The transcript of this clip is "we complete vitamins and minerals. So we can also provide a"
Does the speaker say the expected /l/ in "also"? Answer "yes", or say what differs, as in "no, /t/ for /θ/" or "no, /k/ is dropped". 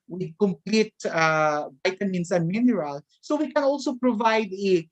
yes